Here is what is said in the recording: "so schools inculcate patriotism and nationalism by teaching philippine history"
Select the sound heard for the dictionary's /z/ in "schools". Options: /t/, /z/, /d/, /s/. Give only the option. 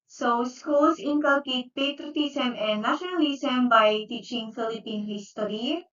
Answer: /s/